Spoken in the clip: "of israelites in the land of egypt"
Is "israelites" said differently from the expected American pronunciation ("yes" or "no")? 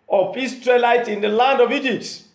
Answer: yes